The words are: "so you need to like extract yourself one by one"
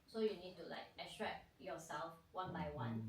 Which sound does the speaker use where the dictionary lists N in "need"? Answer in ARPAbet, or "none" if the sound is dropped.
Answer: N